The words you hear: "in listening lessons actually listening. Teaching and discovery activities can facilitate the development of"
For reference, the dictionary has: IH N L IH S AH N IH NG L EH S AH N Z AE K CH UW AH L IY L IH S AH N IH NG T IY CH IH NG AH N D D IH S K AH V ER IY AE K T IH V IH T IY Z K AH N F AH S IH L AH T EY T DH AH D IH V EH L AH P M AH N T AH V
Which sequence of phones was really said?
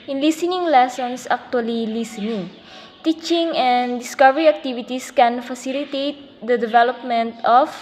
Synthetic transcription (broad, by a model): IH N L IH S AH N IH NG L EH S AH N S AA K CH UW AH L IY L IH S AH N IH NG T IY CH IH NG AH N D D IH S K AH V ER IY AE K T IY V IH T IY S K AH N F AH S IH L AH T EY T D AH D IH V EH L AH P M AH N T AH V